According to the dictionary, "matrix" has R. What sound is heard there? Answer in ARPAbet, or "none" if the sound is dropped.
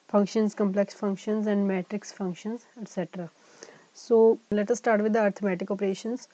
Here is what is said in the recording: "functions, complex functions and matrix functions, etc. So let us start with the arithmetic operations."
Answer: R